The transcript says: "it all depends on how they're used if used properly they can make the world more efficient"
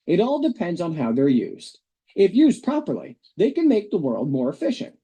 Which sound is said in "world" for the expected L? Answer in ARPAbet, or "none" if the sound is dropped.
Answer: L